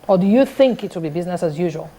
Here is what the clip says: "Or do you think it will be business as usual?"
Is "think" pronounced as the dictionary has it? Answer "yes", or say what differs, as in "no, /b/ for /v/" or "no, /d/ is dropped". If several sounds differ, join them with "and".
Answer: yes